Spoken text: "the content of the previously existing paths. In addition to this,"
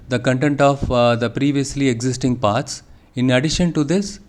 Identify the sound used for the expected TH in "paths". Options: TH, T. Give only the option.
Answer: T